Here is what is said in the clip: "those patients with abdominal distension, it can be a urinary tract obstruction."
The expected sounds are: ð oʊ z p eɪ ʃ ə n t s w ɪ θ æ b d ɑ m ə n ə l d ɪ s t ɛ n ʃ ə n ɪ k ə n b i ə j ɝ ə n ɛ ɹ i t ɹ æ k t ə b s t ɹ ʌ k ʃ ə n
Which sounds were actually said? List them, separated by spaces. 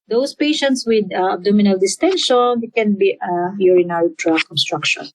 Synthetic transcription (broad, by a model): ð oʊ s p eɪ ʃ ə n t s w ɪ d æ b d ɑ m ə n ə l d ɪ s t ɛ n ʃ ə n k ə n b i ə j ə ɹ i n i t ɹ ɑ k ə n s t ɹ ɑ k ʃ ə n